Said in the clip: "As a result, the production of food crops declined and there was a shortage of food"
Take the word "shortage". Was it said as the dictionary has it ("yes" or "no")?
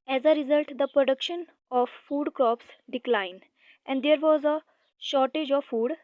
yes